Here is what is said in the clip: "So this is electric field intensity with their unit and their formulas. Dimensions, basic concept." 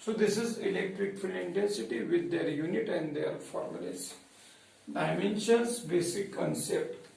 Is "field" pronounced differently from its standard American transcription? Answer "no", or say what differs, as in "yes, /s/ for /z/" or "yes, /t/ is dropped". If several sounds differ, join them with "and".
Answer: yes, /d/ is dropped